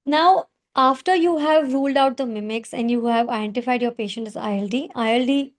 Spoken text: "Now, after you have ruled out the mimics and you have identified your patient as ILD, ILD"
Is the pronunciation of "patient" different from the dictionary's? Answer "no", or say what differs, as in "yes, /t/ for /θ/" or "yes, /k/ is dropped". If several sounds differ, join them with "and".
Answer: no